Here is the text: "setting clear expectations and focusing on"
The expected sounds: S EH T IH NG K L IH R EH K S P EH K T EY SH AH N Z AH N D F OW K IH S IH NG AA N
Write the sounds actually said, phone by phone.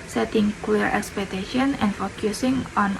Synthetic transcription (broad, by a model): S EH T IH NG K W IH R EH K S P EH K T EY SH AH N AH N F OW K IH S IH NG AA N